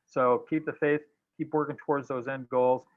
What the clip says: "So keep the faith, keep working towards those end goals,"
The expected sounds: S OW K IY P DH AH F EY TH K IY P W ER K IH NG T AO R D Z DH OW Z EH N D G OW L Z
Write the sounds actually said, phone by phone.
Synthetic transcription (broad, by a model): S OW K IY P DH AH F EY TH K IY P W ER K IH NG T AO R D Z DH OW Z EH N D G OW L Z